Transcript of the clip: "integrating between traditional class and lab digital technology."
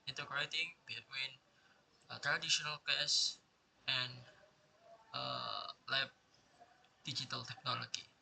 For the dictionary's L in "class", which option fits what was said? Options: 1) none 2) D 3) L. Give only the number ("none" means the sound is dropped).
1